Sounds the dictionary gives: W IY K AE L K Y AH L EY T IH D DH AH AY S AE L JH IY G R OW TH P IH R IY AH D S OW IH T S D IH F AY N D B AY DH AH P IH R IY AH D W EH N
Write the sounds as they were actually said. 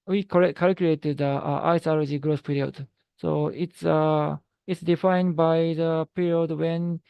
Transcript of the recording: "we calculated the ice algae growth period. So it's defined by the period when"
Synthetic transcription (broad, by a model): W IY K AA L K Y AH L EY T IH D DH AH AY S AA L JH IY G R OW S P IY R IY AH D S OW IH T S D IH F AY N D B AY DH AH P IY R IY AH D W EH N